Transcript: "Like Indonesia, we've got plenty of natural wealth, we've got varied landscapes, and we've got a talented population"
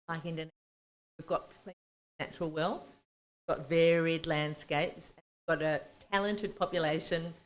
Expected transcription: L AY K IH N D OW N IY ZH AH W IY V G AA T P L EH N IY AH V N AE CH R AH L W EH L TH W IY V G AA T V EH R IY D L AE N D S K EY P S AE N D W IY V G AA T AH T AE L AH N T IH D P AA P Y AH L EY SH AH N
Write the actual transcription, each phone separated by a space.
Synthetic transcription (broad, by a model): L AY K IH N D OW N W IY V G AA T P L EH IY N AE CH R L W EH L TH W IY V G AA T V EH R IY D L AE N D S K EY P S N W IY V G AA T AH T AE L AH N T IH D P AA P Y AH L EY SH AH N